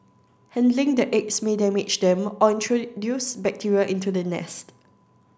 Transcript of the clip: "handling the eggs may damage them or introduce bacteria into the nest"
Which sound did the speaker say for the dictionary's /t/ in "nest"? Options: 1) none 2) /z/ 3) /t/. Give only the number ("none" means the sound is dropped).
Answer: 3